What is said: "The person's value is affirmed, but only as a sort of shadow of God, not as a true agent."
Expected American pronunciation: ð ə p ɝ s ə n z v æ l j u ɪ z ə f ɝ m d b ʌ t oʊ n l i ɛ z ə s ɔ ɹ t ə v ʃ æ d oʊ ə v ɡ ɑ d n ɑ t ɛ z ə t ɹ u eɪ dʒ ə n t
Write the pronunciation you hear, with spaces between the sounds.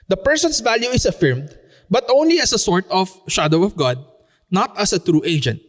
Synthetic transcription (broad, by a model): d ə p ɝ s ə n s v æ l j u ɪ s ə f ɝ m d b ʌ t oʊ n l i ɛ s ə s ɔ ɹ t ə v ʃ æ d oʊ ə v ɡ ɑ d n ɑ t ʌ s ə t ɹ u eɪ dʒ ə n t